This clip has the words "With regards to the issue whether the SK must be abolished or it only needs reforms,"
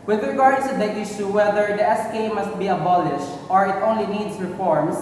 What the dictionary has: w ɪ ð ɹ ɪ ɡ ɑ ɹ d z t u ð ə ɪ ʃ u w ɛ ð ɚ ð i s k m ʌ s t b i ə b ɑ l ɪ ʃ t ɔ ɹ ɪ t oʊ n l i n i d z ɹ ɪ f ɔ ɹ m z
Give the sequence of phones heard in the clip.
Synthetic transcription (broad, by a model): w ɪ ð ɹ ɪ ɡ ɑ ɹ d t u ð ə ɪ ʃ u w ɛ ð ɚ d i s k m ʌ s t b i ə b ɑ l ɪ ʃ t ɔ ɹ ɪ t oʊ n l i n i d s ɹ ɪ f ɔ ɹ m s